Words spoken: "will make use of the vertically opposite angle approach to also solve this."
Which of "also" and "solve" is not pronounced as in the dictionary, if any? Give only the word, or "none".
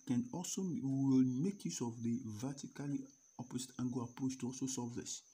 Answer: solve